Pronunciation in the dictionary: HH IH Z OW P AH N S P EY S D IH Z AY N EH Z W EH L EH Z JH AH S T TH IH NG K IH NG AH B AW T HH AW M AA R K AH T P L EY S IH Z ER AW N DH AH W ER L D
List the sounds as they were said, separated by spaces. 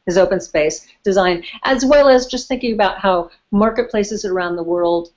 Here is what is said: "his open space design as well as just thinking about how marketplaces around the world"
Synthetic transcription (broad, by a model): HH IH Z OW P AH N S P EY S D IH Z AY N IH Z W EH L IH Z JH AH S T TH IH NG K IH NG AH B AW T HH AW M AA R K AH T P L EY S IH Z ER AW N DH AH W ER L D